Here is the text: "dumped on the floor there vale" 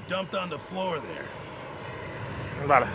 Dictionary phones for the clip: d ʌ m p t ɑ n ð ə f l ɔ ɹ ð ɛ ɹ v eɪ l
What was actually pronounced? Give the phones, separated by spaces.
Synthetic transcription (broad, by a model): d ʌ m p t n ð ə f l ɔ ɹ ð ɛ ɹ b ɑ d